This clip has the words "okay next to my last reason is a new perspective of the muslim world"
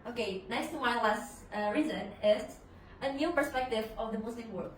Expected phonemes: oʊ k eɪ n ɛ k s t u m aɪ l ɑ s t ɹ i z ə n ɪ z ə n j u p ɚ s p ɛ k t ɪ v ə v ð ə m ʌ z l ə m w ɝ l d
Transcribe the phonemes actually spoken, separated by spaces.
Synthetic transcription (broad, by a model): oʊ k eɪ n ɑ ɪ s t u m aɪ l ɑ s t ɹ i z ə n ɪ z ə n j u p ɚ s p ɛ k t ɪ v ə v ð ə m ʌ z l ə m w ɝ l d